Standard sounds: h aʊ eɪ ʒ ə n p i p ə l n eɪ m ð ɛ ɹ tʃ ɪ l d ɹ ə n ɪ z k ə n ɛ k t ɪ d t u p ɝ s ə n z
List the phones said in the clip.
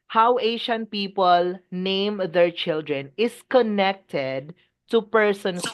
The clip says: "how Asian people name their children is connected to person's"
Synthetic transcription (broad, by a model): h aʊ eɪ ʃ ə n p i p ə l n eɪ m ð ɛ ɹ tʃ ɪ l d ɹ ə n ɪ s k ə n ɛ k t ɪ d t u p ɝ s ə n